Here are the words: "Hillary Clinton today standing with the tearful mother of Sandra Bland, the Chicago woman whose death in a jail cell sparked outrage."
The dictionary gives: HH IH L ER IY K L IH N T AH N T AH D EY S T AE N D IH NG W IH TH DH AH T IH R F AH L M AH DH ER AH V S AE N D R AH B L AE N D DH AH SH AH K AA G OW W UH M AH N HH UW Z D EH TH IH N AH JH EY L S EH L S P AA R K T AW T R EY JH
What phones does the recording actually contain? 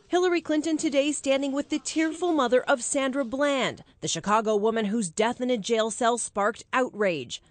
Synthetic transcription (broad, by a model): HH IH L ER IY K L IH N T AH N T AH D EY S T AE N D IH NG W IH DH AH T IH R F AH L M AH DH ER AH V S AE N D R AH B L AE N D DH AH SH AH K AA G OW W UH M AH N HH UW Z D EH TH IH N AH JH EY L S EH L S P AA R K T AW T R EY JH